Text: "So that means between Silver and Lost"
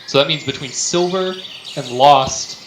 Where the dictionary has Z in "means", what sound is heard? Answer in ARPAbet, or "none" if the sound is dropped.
Z